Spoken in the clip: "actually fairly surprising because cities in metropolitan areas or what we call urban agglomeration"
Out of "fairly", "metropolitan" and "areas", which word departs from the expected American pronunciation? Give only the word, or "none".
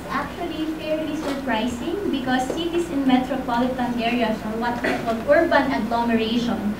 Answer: areas